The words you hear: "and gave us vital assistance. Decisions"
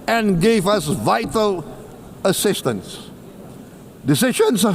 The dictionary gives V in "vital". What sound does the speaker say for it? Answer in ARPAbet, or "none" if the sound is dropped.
V